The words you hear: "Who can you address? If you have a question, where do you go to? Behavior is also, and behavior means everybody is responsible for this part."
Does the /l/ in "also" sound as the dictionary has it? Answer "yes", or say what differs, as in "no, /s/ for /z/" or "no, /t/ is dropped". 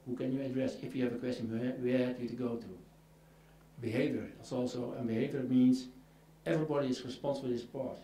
yes